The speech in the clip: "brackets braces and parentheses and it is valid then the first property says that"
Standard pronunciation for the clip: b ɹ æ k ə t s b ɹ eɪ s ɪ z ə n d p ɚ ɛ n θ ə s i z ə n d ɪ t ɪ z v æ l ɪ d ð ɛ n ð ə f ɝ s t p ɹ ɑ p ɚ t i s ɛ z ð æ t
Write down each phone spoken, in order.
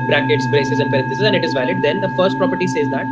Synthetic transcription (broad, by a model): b ɹ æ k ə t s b ɹ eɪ s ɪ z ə n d p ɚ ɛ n t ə s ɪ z ə n d ɪ t ɪ z v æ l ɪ d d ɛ n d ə f ɝ s t p ɹ ɑ p ɚ t i s ɛ z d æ t